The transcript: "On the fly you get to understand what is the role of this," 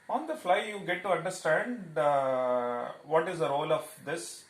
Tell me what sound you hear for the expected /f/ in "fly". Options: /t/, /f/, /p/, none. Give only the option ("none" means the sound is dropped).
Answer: /f/